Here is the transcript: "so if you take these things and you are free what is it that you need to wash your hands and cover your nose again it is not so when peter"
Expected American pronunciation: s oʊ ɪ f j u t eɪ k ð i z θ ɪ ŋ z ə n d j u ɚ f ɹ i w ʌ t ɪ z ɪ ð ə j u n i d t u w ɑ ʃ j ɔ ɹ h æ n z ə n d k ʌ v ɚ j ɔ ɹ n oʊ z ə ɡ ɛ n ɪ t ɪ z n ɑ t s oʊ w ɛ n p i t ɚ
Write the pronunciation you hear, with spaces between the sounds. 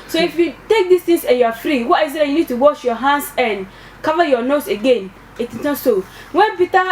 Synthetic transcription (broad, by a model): s oʊ ɪ f j u t eɪ k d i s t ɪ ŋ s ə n j u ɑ f ɹ i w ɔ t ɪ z ɪ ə j u n i d t u w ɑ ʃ j ɔ h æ n s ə n k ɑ v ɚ j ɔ n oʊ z ə ɡ ɛ n ɪ t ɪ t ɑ s oʊ w ɛ n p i t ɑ